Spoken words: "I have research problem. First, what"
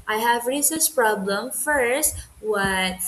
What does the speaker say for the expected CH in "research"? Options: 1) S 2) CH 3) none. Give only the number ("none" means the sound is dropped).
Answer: 1